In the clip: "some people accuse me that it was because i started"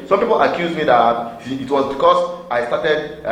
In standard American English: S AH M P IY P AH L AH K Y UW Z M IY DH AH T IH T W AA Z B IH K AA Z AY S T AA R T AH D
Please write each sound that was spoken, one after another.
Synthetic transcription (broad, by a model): S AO M P IY P AH L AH K Y UW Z M IY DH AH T T W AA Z B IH K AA S AY S T AA T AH D